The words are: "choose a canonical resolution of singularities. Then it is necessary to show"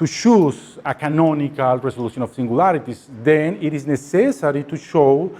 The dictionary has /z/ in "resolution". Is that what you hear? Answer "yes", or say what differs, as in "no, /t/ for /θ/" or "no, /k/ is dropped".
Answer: no, /s/ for /z/